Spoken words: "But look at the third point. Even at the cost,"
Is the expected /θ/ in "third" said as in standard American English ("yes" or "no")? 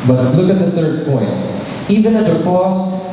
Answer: yes